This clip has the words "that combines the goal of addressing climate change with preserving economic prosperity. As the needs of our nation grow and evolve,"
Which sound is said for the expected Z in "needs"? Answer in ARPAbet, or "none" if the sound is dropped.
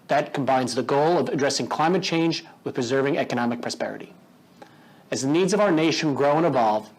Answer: Z